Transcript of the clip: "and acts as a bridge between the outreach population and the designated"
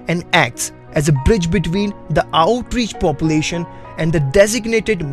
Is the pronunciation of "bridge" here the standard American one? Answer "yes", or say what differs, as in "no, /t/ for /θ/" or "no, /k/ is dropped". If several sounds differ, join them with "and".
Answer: yes